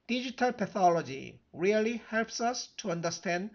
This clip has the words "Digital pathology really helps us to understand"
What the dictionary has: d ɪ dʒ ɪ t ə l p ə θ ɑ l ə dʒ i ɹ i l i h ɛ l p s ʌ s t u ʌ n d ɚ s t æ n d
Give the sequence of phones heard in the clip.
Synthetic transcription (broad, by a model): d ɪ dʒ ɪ t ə l p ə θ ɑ l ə dʒ i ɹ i l i h ɛ l p s ʌ s t u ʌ n d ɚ s t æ n d